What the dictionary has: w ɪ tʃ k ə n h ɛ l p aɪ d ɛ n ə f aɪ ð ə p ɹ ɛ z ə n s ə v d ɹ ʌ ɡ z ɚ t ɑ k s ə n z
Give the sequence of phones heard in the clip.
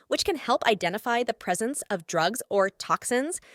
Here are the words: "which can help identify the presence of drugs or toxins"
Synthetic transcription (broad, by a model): w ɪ tʃ k ə n h ɛ l p aɪ d ɛ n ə f aɪ ð ə p ɹ ɛ z ə n s ə v d ɹ ʌ ɡ z ɚ t ɑ k s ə n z